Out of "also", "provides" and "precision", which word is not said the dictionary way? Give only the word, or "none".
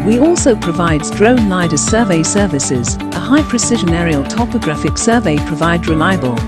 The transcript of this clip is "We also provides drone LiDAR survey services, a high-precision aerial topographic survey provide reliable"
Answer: none